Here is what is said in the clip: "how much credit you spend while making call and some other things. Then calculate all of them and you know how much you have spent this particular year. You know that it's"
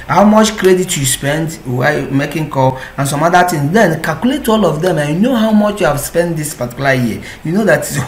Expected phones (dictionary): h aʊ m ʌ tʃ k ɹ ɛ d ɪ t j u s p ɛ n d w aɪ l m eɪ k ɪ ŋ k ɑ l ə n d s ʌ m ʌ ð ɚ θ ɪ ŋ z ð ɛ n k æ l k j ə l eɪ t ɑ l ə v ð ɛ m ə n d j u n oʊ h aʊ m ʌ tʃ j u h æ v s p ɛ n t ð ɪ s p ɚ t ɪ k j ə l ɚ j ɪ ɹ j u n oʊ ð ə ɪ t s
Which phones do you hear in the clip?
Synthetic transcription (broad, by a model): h aʊ m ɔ tʃ k ɹ ɛ d ɪ t j u s p ɛ n d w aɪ m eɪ k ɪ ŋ k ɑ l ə n s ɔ m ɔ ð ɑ t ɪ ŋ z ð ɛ n k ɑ l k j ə l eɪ t ɑ l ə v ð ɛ m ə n j u n oʊ h aʊ m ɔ tʃ j u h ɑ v s p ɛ n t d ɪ s p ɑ t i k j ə l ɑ j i j u n oʊ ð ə t